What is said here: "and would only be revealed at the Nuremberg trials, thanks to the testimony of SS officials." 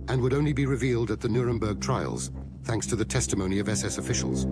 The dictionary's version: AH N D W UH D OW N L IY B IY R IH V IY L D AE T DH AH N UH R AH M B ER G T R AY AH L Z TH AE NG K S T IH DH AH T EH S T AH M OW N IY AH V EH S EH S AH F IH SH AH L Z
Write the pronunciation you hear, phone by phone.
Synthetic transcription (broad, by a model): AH N W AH D OW N L IY B IY R IH V IY L D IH T DH AH N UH R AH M B ER G T R AY AH L Z TH AE NG K S T IH DH AH T EH S T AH M OW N IY AH V EH S EH S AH F IH SH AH L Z